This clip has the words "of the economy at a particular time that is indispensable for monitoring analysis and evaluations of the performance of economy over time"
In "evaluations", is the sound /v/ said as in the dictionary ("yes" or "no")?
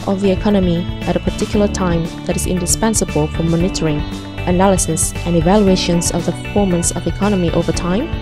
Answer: yes